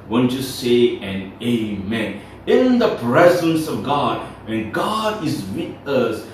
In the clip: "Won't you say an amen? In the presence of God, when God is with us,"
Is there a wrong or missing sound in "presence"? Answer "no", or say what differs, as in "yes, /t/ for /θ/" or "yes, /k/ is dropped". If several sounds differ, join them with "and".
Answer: no